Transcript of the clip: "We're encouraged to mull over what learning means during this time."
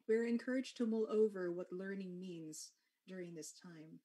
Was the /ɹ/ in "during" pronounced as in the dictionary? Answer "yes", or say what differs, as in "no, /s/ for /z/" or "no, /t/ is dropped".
yes